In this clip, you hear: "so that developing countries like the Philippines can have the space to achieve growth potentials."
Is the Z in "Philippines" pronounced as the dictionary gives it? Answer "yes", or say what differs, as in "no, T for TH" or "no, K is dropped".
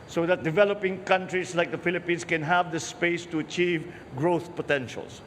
no, S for Z